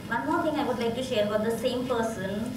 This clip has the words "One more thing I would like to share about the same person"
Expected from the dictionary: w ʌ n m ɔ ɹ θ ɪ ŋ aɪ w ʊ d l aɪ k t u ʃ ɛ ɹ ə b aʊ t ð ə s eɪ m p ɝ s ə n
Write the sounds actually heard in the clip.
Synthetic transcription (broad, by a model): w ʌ n m ɔ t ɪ ŋ aɪ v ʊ d l aɪ k t u ʃ ɛ ɹ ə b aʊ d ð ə s eɪ m p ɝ s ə n